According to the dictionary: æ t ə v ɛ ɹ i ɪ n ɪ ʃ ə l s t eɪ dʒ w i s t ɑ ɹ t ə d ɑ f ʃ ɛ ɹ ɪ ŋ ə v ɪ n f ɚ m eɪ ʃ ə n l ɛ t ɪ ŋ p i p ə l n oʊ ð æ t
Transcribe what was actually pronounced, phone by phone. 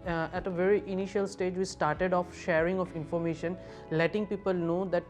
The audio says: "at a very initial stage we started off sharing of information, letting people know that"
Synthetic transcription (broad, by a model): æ t ə v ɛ ɹ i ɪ n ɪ ʃ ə l s t eɪ dʒ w i s t ɑ ɹ t ə d ɑ f ʃ ɛ ɹ ɪ ŋ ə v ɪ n f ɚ m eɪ ʃ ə n l ɛ t ɪ ŋ p i p ə l n oʊ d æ t